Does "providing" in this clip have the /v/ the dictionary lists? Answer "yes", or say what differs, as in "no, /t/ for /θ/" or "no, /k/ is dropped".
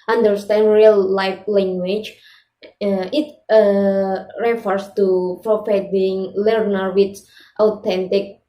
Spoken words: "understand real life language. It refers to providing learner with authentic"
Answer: no, /f/ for /v/